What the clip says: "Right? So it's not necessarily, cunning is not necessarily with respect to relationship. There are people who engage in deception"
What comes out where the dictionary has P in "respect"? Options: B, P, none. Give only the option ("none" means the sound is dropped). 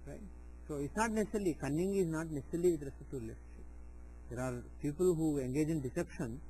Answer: none